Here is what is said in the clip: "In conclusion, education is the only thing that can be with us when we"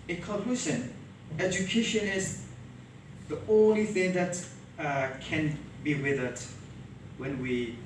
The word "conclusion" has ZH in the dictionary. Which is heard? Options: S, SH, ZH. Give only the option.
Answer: S